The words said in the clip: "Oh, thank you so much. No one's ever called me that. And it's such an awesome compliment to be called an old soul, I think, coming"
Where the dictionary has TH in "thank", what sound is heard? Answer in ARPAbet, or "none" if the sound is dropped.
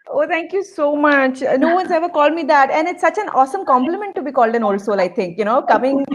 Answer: T